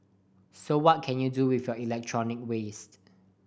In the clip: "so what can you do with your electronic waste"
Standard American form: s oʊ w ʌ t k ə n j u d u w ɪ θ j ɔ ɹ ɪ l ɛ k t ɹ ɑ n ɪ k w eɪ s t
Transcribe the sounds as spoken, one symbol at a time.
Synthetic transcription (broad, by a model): s oʊ w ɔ t k ə n j u d u w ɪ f j ɔ ɪ l ɛ k t ɹ ɑ n ɪ k w eɪ s t